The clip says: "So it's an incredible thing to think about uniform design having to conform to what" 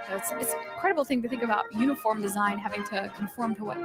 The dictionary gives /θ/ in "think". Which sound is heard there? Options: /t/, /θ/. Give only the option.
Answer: /θ/